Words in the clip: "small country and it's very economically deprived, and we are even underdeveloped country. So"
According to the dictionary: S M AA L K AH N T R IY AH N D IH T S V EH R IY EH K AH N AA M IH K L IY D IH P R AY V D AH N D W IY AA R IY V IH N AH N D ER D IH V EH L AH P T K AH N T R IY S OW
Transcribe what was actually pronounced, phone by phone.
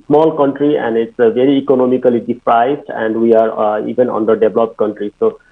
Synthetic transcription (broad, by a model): S M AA L K AH N T R IY AH N D IH T S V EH R IY K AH N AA M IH K L IY D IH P R AY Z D AH N D W IY AA R IY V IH N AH N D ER D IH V L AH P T K AH N T R IY S OW